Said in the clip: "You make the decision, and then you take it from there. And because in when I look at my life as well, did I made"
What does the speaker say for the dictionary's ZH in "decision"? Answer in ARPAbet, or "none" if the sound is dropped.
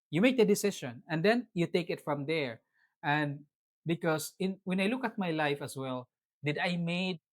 SH